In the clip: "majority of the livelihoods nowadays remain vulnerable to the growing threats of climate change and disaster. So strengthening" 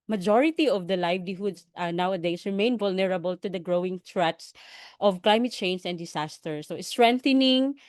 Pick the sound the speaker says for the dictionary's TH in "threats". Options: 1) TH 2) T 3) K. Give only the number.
2